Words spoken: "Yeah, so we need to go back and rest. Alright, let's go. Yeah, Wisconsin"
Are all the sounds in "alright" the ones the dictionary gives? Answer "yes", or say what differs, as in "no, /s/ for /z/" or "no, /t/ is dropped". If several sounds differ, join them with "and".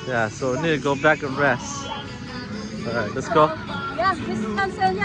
no, /l/ is dropped